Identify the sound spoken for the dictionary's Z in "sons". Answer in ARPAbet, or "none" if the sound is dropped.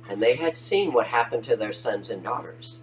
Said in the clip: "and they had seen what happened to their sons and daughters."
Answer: Z